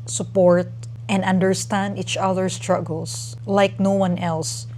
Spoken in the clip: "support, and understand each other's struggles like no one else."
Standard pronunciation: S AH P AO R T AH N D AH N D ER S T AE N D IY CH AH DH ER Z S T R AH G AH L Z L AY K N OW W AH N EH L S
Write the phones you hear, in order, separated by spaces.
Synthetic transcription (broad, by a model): S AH P AO R T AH N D AH N D ER S T AE N D IY CH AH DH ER S T R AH G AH L S L AY K N OW W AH N EH L S